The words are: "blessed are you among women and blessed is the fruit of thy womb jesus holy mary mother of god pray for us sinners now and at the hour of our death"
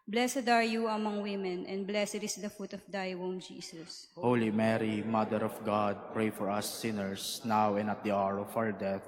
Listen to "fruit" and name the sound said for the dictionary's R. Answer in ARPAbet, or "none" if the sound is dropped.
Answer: none